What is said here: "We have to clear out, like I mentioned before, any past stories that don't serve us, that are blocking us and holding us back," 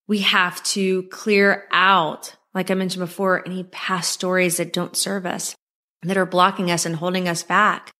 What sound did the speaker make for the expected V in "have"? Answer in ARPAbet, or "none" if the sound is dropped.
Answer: F